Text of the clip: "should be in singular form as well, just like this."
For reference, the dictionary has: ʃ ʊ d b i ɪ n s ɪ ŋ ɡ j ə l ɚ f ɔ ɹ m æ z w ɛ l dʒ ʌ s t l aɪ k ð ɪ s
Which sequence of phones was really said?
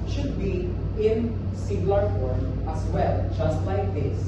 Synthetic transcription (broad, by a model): ʃ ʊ d b i ɪ n s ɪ ɡ l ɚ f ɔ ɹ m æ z w ɛ l dʒ ʌ s t l aɪ k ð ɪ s